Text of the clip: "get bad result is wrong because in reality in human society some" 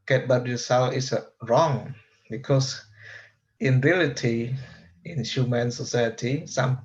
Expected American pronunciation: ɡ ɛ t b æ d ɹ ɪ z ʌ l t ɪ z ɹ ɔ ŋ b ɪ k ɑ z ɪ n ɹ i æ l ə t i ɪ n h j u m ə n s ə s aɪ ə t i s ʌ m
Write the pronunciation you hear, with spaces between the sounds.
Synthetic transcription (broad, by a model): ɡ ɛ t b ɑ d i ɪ s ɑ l ɪ s ɹ ɔ ŋ b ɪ k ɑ s ɪ n ɹ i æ l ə t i ɪ n h j u m ə n s ə s aɪ ə t i s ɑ m